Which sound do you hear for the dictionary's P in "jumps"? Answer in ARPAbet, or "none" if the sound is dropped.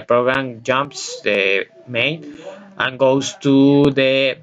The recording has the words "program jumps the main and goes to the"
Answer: P